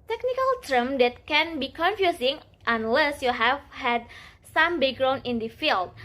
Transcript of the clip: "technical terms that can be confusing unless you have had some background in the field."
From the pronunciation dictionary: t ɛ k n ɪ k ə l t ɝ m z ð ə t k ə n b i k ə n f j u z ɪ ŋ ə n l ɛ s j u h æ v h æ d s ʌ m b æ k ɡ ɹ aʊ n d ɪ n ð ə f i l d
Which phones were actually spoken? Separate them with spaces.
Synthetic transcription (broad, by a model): t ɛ k n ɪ k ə l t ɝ m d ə t k ə n b i k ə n f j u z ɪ ŋ ə n l ɛ s j u h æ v h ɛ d s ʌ m b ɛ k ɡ ɹ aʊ n ɪ n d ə f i l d